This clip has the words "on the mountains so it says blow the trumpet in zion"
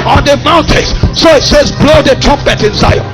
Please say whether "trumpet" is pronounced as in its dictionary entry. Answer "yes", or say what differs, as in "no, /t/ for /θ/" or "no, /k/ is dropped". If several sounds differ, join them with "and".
no, /m/ is dropped